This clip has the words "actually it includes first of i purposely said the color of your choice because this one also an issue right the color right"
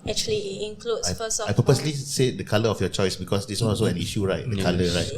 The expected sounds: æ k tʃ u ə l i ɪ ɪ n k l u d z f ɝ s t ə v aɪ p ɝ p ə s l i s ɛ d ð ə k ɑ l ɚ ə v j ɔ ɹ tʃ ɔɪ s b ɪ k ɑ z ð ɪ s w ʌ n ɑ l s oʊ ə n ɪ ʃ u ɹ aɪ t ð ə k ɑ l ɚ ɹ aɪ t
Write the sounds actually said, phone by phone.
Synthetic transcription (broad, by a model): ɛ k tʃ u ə l i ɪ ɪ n k l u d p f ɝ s ə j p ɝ p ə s l i s ɛ d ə k ɑ l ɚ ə f j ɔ tʃ ɔɪ s b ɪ k ɑ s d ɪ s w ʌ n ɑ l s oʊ ə n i ʃ u ɹ aɪ t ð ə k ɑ l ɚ ɹ aɪ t